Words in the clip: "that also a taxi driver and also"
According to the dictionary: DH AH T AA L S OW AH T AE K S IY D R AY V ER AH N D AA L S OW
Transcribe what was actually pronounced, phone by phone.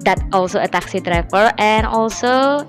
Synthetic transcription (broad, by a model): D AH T AA L S OW AH T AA K S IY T R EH F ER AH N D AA L S OW